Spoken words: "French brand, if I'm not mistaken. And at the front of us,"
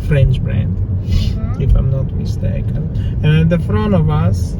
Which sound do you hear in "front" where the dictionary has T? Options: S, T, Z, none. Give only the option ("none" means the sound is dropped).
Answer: none